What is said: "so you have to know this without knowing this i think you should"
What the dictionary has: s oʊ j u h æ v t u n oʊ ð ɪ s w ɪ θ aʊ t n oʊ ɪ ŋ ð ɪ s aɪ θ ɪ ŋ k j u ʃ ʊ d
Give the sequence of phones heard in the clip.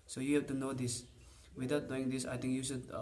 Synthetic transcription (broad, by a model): s oʊ j u h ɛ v t u n oʊ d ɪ s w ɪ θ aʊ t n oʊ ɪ ŋ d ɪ s aɪ t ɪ ŋ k j u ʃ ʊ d